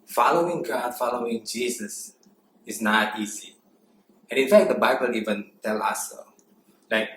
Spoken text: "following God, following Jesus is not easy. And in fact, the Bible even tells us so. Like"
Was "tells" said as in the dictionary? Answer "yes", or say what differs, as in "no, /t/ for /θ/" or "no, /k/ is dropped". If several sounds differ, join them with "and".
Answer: no, /z/ is dropped